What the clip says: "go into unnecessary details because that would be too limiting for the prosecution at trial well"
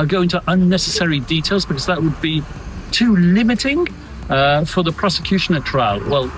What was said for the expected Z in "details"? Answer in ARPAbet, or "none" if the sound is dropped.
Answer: Z